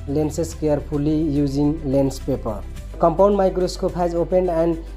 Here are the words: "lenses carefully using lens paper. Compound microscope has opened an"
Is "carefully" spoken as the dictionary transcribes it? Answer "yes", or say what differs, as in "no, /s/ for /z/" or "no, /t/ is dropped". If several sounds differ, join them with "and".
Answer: no, /p/ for /f/